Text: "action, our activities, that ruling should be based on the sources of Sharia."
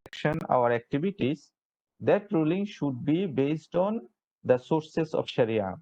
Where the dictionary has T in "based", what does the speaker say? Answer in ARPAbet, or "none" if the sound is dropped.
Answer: T